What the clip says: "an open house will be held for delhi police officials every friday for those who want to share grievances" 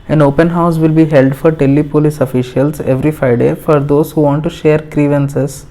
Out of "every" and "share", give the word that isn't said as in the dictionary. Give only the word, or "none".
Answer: none